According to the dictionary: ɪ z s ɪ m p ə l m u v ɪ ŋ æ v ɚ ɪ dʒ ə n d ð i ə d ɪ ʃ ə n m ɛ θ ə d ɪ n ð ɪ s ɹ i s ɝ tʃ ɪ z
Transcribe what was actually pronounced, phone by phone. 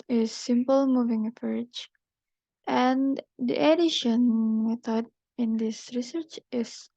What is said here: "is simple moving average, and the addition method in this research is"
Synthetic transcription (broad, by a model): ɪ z s ɪ m p ə l m u v ɪ ŋ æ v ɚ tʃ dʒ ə n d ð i ə d ɪ ʃ ə n m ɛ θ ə d ɪ n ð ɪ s ɹ i s ɝ tʃ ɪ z